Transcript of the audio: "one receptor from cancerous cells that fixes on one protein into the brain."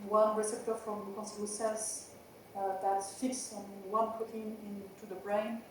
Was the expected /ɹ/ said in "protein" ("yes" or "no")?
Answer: no